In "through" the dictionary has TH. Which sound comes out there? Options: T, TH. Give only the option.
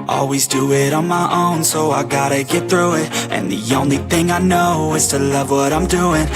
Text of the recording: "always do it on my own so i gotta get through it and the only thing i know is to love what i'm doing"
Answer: TH